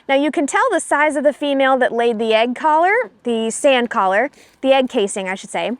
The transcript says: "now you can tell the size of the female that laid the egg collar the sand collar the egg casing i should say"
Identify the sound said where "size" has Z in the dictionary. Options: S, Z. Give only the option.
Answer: Z